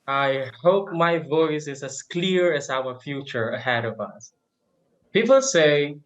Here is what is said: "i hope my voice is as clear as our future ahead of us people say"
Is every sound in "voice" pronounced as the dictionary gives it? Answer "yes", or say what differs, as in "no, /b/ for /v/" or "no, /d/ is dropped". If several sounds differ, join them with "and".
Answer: yes